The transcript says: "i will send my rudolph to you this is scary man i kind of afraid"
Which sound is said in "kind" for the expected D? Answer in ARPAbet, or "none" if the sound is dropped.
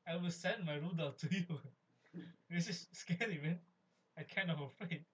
none